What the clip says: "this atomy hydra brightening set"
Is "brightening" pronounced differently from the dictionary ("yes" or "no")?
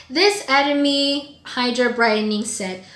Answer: no